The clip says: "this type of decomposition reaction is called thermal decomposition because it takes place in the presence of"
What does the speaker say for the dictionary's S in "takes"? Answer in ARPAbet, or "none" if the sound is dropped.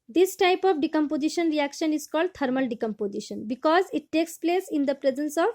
S